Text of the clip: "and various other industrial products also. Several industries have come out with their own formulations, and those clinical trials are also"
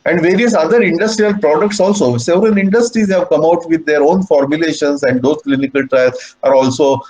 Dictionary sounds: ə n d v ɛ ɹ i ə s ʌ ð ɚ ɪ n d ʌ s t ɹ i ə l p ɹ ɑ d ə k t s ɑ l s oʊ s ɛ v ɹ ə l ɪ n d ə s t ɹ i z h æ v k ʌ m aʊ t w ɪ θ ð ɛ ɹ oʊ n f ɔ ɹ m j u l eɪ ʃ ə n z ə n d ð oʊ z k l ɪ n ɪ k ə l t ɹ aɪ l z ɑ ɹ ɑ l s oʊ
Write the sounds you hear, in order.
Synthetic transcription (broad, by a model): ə n d v ɛ ɹ i ə s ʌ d ɚ ɪ n d ʌ s t ɹ i ə l p ɹ ɑ d ə k t s ɑ l s oʊ s ɛ v ɹ ə l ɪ n d ə s t ɹ i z h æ v k ʌ m aʊ t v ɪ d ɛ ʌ ɹ oʊ n f ɔ ɹ m j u l eɪ ʃ ə n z ə n d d oʊ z k l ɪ n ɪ k ə l t ɹ aɪ l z ɑ ɹ ɑ l s oʊ